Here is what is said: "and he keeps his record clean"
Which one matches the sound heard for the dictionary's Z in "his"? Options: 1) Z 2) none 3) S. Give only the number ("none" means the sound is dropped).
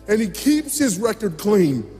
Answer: 1